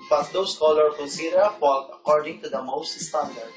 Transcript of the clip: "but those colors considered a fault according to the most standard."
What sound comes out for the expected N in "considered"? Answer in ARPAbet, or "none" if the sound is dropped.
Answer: none